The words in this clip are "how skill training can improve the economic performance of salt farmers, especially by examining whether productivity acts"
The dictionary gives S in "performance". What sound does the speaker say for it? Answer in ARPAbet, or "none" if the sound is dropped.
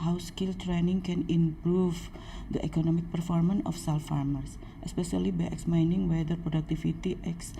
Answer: none